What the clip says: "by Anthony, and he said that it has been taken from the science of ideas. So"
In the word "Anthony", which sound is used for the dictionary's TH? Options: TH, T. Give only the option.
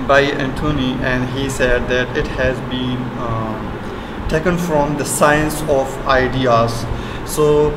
T